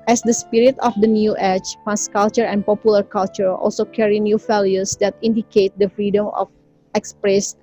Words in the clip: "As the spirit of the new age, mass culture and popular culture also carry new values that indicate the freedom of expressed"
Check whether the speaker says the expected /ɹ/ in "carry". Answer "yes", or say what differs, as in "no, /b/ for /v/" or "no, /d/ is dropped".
yes